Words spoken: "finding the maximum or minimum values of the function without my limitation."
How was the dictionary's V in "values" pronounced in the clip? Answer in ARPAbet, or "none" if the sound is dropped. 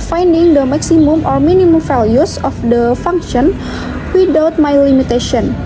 F